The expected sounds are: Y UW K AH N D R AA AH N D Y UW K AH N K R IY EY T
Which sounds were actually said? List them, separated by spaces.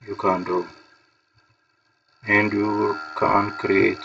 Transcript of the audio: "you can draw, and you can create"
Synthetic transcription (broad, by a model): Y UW K AH N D AA AH N D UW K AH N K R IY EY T